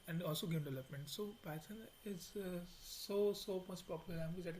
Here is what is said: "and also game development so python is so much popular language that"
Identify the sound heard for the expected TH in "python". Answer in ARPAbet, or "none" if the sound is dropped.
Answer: S